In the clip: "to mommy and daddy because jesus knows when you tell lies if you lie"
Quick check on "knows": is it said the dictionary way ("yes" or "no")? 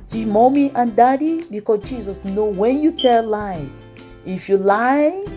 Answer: no